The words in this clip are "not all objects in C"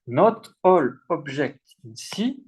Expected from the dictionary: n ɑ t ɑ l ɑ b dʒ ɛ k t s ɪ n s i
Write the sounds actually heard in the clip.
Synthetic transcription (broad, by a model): n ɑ t ɑ l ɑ b ʒ ɛ k t ɪ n s i